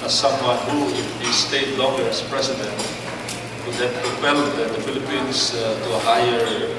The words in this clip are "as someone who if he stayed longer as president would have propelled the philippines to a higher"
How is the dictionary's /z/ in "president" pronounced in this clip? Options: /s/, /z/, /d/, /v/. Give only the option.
/s/